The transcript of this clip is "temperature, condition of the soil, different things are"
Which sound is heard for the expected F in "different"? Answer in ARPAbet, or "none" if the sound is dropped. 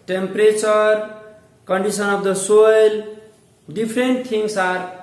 P